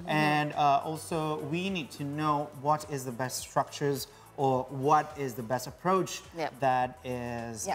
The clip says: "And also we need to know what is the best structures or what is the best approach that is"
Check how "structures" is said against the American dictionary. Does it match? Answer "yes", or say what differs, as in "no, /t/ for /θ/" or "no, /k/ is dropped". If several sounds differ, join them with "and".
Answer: yes